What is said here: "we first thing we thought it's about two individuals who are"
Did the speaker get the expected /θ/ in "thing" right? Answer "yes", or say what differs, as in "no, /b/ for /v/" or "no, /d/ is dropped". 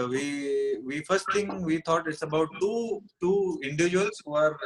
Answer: no, /t/ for /θ/